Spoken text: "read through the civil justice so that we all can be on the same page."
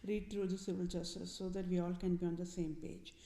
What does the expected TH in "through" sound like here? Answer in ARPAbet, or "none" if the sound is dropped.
T